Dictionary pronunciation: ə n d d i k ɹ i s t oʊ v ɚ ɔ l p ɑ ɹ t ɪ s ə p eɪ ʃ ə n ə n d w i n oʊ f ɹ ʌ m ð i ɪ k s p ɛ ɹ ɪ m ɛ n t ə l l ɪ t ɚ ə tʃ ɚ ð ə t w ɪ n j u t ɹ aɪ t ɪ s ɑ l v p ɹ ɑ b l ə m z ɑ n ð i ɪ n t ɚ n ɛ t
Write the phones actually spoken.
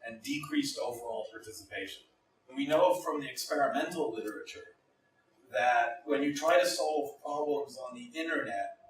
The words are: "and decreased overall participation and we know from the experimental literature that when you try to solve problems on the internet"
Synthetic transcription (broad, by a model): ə n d d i k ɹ i s t oʊ v ɚ ɔ l p ɑ ɹ t ɪ s ə p eɪ ʃ ə n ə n w i n oʊ f ɹ ʌ m ð i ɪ k s p ɛ ɹ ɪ m ɛ n t l l ɪ t ɚ ə tʃ ɚ ð ə t w ɪ n j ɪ t ɹ aɪ t ɪ s ɑ l v p ɹ ɑ b l ə m z n ð i ɪ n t ɚ n ɛ t